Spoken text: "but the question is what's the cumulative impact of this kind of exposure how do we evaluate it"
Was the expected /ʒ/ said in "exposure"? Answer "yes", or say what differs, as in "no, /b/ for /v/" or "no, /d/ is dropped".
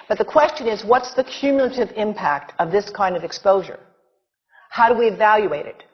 yes